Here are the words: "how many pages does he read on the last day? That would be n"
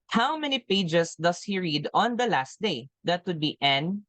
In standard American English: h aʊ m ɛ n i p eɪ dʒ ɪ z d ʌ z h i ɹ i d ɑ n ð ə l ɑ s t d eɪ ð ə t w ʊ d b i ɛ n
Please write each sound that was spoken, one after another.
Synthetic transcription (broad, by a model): h aʊ m ɛ n i p eɪ dʒ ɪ s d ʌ s h i ɹ i d ɑ n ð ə l ɑ s t d eɪ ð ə t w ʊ d b i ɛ n